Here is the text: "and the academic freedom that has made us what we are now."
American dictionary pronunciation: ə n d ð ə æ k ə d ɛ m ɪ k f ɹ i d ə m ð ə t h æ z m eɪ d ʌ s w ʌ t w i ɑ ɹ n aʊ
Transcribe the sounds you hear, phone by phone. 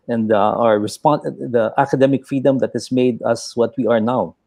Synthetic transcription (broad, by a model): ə n d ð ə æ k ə d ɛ m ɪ k f ɹ i d ə m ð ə t h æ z m eɪ d ʌ s w ʌ t w i ɑ ɹ n aʊ